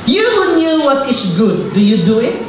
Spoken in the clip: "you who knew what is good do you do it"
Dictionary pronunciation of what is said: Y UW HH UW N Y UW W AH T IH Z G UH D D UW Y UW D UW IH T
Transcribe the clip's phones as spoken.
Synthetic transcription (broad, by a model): Y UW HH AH N Y UW W AH T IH S G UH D D UW Y UW D UW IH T